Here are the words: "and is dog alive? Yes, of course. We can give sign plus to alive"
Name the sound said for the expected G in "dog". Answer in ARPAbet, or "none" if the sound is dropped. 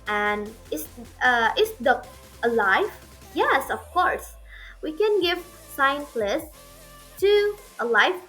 none